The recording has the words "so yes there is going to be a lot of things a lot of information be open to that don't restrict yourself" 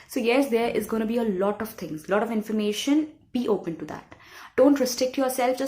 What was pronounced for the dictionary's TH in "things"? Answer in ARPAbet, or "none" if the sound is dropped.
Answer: T